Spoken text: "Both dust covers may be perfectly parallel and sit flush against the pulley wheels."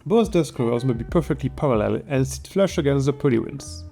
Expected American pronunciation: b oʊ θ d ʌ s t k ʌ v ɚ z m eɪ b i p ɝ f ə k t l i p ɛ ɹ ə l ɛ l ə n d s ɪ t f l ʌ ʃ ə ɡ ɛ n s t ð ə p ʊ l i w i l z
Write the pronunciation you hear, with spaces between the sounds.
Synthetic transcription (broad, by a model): b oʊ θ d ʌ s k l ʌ ɚ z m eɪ b i p ɝ f ə k t l i p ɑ ɹ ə l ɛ l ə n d s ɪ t f l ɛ ʃ ə ɡ ɛ n s t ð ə p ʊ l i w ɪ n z